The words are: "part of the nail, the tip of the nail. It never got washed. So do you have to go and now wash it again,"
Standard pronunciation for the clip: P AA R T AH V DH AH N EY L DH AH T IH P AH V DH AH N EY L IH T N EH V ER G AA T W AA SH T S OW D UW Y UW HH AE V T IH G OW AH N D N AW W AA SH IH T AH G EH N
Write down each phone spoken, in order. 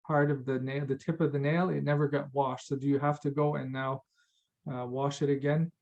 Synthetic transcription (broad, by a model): P AA R T AH V DH AH N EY DH AH T IH P AH V DH AH N EY L IH T N EH V ER G AA T W AA SH T S OW D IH Y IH HH AE F T IH G OW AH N N AW W AA SH IH T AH G EH N